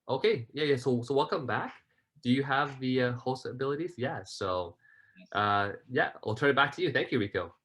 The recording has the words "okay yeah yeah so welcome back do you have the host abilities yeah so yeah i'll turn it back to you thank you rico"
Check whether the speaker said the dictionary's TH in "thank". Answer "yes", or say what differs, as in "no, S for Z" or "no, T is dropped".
yes